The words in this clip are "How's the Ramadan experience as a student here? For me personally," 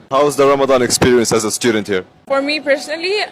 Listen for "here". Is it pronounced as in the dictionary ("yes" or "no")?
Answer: yes